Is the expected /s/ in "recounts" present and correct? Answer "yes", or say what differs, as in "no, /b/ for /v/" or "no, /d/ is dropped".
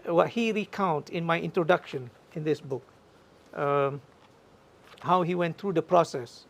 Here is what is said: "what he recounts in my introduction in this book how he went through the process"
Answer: no, /s/ is dropped